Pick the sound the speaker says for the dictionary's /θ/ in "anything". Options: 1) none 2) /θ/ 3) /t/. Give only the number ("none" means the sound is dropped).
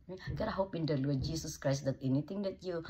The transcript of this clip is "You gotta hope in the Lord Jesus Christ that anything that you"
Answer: 3